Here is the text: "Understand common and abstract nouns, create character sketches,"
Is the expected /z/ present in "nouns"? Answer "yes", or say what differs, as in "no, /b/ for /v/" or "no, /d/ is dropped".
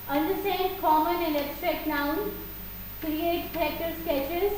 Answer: no, /z/ is dropped